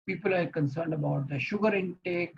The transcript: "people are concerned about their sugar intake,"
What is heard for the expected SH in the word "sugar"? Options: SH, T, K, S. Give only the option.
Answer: SH